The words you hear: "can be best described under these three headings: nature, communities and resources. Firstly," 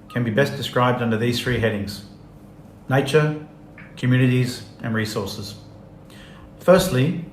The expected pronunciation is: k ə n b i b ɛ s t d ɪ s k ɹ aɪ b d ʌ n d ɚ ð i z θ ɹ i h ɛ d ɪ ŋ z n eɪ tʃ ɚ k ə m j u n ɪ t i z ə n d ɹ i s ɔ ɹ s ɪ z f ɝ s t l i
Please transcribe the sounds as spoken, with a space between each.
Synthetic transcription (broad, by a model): k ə n b i b ɛ s d ɪ s k ɹ aɪ b d ʌ n d ɚ ð i z θ ɹ i h ɛ d ɪ ŋ z n eɪ tʃ ɚ k ə m j u n ɪ t i z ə n ɹ i s ɔ ɹ s ɪ z f ɝ s t l i